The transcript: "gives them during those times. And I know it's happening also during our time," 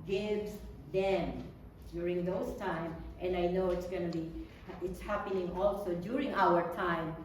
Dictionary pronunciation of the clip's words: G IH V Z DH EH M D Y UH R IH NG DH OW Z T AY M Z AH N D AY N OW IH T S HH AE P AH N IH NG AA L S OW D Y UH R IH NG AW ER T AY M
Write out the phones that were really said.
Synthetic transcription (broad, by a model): G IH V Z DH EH M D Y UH R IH NG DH OW S T AY M AH N D AY N OW IH T S HH AE P AH N IH NG AA L S OW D Y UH R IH NG AW ER T AY M